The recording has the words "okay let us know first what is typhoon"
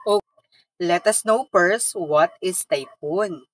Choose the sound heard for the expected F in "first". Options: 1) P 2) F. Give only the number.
1